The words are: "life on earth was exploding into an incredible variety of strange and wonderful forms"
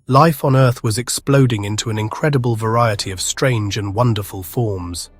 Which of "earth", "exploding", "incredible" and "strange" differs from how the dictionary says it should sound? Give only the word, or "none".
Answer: none